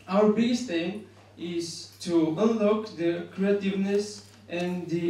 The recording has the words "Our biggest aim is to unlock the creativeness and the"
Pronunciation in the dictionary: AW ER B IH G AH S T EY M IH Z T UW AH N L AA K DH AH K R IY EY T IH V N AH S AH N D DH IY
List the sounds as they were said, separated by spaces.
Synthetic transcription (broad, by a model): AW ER B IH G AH S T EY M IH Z T UW AH N L AA K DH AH K R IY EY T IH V N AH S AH N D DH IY